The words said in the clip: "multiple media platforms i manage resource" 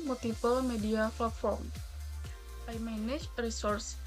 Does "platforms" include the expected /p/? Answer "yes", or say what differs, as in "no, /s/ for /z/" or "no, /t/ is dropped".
no, /f/ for /p/